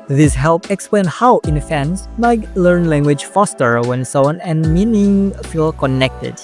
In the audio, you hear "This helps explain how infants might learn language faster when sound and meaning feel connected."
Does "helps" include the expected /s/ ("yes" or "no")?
no